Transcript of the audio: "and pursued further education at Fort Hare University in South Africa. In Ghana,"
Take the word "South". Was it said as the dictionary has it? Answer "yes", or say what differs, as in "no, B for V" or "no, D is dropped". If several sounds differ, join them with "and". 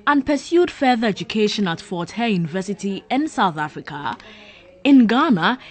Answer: yes